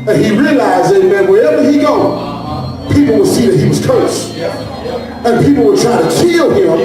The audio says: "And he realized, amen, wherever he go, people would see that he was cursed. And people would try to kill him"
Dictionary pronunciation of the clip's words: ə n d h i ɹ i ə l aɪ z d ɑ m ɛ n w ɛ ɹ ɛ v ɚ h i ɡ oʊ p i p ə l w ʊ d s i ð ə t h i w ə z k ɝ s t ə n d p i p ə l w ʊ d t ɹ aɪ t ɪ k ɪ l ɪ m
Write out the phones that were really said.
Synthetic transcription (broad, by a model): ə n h i ɹ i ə l aɪ z ɑ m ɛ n w ɛ ɹ ɛ v ɚ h i ɡ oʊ p i p l w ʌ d s i ð ə t h i w ə z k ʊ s ə n p i p l w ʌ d t ɹ aɪ t ɪ k ɪ l ɪ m